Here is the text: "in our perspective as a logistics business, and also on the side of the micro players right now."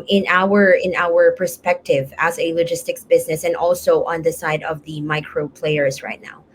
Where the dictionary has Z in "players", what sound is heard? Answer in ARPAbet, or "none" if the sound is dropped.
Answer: Z